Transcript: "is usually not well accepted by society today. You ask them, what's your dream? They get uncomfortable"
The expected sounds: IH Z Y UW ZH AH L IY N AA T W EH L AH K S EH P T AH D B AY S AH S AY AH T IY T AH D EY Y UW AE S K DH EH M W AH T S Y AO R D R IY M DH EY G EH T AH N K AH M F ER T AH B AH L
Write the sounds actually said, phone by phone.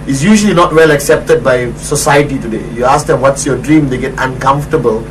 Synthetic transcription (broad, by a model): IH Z Y UW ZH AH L IY N AA T W EH L AH K S EH P T AH D B AY S AH S AY AH T IY T AH D EY Y UW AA S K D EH M W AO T S Y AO D R IY M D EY G EH T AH N K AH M F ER T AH B AH L